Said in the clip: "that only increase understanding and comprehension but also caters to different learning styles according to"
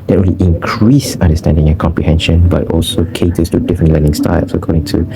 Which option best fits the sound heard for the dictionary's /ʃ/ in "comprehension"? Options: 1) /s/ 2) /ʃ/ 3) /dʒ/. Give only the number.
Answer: 2